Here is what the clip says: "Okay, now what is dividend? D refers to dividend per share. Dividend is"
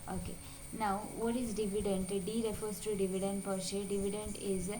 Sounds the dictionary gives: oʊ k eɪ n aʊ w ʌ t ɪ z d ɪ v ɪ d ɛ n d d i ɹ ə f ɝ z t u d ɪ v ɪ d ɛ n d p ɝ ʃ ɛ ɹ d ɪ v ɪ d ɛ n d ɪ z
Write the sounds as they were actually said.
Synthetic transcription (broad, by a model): oʊ k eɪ n aʊ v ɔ t ɪ z d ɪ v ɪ d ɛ n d d i ɹ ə f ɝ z t u d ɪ v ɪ d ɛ n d p ɝ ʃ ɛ d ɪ v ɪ d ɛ n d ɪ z